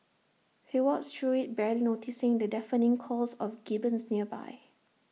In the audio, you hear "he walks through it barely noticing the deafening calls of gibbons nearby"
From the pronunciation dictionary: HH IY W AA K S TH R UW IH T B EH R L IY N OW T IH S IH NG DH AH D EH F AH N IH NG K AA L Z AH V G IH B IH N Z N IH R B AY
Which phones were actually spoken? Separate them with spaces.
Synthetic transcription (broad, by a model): HH IY W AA S T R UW IH T B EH L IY N OW T IH S IH NG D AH D EH F AH N IH NG K AA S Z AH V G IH B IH N S N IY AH B AY